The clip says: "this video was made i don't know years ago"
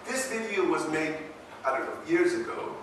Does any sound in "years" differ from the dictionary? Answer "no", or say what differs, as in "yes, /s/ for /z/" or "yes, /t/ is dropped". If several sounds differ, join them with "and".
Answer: no